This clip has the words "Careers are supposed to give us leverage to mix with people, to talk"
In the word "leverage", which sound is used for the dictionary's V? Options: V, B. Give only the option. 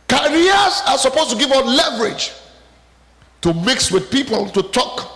V